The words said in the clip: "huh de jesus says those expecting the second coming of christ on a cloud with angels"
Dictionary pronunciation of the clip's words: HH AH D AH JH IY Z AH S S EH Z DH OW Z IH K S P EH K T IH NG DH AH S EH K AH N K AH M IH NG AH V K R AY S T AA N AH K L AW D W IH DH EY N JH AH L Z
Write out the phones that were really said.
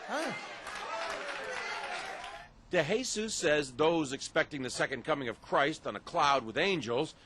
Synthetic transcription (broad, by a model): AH D AH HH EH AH S S EH Z DH OW Z IH K S P EH K T IH NG DH AH S EH K AH N K AH M IH NG AH V K R AY S T N AH K L AW D W IH DH EY N JH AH L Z